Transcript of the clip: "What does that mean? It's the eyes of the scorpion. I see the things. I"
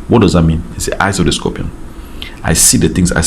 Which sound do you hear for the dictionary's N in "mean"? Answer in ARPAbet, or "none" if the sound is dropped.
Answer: N